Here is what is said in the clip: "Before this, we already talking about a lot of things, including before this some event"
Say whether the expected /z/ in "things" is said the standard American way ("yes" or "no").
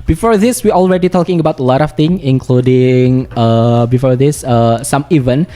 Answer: no